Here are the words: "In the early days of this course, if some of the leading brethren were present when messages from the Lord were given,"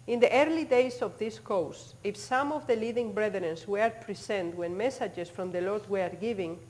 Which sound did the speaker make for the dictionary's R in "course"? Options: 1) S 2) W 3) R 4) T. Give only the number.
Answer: 2